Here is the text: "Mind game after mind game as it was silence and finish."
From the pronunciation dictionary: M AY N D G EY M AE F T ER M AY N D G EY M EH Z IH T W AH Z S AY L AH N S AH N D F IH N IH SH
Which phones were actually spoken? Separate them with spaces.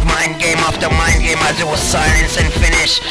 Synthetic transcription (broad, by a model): M AY N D G EY M AE F T ER M AY N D G EY M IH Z IH T W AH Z S AY L AH N S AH N F IH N IH SH